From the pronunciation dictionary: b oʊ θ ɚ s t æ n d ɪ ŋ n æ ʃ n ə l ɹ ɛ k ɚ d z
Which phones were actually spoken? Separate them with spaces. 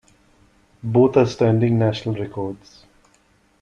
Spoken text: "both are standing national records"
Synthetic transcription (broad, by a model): b oʊ t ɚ s t æ n d ɪ ŋ n æ ʃ n ə l ɹ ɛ k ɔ d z